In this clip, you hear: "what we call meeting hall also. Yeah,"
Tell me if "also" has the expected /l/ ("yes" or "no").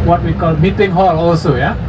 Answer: yes